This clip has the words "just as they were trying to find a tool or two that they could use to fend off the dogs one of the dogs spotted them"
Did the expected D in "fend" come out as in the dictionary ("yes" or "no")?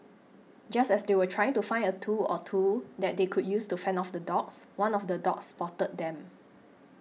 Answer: no